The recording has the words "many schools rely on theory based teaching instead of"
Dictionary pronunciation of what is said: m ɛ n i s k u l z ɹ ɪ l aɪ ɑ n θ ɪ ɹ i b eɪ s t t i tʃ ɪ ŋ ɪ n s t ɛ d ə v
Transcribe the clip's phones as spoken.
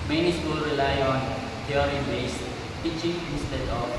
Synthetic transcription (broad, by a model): m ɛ n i s k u l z ɹ ɪ l aɪ ɑ n t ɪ ɹ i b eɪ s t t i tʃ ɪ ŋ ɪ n s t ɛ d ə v